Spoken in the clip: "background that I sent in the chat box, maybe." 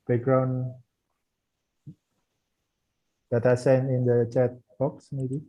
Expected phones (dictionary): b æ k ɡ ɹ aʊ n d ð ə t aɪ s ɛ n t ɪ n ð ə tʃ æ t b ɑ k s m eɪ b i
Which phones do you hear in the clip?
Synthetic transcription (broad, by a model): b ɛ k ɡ ɹ aʊ n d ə t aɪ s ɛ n ɪ n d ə tʃ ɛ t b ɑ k s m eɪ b i